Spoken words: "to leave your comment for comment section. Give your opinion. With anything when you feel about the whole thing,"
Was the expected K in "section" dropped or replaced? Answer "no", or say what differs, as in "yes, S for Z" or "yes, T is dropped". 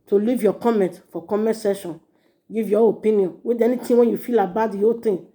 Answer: yes, K is dropped